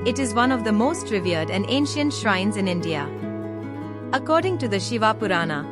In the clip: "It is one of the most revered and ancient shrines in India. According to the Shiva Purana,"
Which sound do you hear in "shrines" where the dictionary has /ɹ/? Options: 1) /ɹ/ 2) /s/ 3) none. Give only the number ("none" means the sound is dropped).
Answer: 1